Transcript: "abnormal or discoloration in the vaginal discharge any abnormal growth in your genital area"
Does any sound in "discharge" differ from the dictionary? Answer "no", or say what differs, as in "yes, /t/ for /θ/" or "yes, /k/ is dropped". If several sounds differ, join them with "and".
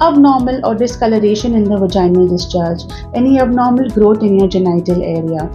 no